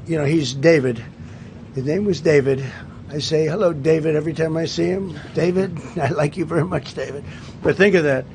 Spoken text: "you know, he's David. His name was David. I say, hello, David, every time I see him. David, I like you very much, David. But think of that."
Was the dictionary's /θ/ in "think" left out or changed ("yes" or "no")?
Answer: no